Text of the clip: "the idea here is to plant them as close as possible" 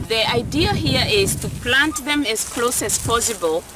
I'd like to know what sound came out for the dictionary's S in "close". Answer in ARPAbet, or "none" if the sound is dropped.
S